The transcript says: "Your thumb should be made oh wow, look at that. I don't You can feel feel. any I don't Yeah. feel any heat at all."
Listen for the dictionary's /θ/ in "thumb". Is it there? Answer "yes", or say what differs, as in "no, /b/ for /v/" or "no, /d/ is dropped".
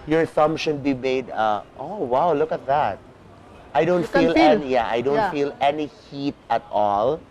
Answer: no, /s/ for /θ/